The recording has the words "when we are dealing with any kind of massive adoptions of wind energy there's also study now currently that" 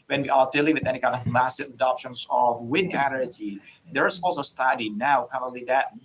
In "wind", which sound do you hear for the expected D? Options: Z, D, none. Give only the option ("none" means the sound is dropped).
none